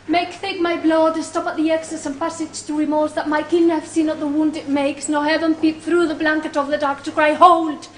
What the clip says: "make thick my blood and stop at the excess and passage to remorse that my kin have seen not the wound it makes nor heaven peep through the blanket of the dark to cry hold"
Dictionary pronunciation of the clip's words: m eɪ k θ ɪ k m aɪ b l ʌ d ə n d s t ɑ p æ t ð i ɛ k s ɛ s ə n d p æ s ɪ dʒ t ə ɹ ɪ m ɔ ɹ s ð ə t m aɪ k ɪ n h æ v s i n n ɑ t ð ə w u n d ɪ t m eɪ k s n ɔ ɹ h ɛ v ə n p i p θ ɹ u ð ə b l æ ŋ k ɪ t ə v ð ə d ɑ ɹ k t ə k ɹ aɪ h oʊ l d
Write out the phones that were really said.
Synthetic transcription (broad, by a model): m eɪ k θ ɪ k m aɪ b l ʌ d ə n s t ɑ p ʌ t ð i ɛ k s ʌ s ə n p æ s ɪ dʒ t ə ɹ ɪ m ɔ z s ð ə t m aɪ k ɪ n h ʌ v s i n n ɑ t ð ə w u n d ɪ t m eɪ k s n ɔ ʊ h ɛ v ə n p i p θ ɹ u ð ə b l æ ŋ k ɪ t ə v ð ə d ɑ ɹ k t ə k ɹ aɪ h oʊ l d